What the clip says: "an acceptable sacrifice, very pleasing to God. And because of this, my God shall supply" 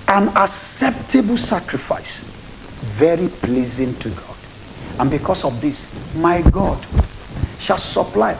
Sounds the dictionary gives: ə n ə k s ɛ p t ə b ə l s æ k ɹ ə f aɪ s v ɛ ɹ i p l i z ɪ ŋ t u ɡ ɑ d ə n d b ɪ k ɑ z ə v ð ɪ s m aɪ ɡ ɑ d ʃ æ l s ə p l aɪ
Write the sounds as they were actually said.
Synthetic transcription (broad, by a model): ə n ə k s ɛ p t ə b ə l s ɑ k ɹ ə f aɪ s v ɛ ɹ i p l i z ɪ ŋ t u ɡ ɑ d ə n b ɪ k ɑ s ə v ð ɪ s m aɪ ɡ ɑ d ʃ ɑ l s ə p l aɪ